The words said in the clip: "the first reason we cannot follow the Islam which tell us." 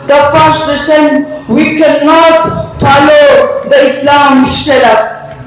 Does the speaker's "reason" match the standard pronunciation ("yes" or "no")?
no